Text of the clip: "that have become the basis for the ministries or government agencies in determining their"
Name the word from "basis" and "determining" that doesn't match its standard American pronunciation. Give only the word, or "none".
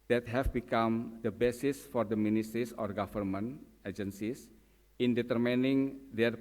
none